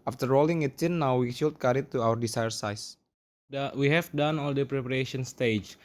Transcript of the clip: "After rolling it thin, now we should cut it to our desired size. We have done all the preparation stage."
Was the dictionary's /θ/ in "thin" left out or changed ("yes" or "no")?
yes